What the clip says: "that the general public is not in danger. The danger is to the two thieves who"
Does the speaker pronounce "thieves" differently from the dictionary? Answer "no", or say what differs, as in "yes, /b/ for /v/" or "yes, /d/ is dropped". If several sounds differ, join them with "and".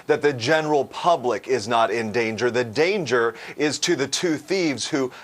no